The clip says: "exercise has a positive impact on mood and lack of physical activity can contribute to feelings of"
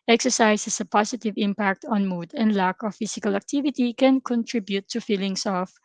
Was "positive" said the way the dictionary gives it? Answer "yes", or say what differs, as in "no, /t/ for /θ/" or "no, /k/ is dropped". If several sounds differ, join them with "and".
no, /s/ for /z/